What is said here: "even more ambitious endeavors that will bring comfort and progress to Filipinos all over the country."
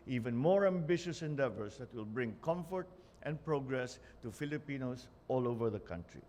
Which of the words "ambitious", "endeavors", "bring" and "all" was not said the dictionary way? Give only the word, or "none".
endeavors